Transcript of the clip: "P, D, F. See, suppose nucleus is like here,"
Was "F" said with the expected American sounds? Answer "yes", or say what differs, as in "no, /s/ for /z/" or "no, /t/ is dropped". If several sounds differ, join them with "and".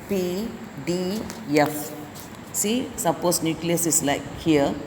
yes